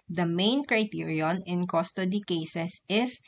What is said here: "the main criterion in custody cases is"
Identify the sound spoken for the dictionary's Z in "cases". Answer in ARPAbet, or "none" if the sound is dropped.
S